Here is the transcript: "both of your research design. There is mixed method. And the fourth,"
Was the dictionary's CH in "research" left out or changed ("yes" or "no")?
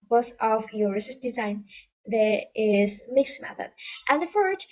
yes